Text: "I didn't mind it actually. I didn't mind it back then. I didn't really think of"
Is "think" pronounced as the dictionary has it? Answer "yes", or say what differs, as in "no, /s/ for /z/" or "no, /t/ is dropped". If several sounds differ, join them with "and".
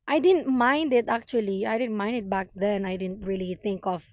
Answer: no, /t/ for /θ/